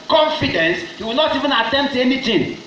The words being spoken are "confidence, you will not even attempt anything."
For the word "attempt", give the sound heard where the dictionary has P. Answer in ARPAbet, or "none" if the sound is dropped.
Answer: none